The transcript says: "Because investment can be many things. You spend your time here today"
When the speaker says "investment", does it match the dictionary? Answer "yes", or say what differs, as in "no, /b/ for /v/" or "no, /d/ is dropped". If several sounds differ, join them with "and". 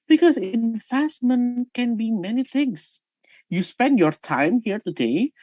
no, /f/ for /v/